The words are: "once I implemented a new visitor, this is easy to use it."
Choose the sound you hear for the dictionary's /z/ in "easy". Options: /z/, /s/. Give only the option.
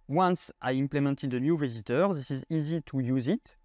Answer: /z/